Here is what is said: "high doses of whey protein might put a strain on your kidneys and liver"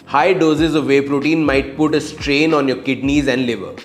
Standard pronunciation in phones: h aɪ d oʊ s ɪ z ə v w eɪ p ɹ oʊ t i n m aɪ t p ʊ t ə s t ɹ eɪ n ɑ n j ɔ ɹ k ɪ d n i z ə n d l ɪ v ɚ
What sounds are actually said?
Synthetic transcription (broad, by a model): h aɪ d oʊ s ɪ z ə v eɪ p ɹ oʊ t i n m aɪ t p ʊ t ə s t ɹ eɪ n ɑ n j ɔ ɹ k ɪ d n i z ə n d l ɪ v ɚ